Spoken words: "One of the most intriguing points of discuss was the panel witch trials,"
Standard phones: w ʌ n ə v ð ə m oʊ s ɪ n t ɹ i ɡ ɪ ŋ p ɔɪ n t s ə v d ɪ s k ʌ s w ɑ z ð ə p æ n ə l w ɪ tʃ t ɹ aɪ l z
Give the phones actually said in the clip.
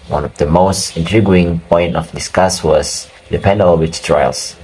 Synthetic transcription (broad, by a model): w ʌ n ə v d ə m oʊ s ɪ n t ɹ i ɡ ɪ ŋ p ɔɪ n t ə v d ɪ s k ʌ s w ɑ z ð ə p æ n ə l w ɪ tʃ t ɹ aɪ l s